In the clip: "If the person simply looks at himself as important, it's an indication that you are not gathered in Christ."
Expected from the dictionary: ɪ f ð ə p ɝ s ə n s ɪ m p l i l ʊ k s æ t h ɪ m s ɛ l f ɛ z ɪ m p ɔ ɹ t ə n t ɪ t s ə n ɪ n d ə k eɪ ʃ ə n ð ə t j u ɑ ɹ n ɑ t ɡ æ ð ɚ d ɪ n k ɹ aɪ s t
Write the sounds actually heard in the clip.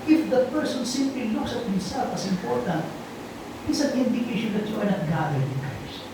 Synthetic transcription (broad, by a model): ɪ f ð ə p ɝ s ə n s ɪ m p l i l ʊ k s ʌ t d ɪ s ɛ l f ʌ s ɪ m p ɔ ɹ t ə n t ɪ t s ə n ɪ n d ə k eɪ ʃ ə n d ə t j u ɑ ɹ n ɑ t ɡ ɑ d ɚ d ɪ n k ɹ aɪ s